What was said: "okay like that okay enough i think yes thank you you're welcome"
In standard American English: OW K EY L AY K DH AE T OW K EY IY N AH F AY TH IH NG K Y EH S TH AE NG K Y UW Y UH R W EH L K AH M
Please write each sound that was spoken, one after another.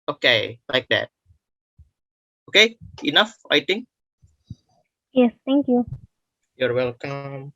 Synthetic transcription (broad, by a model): OW K EY L AY K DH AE T OW K EY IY N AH F AY T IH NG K Y EH S T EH NG K Y UW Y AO R W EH L K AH M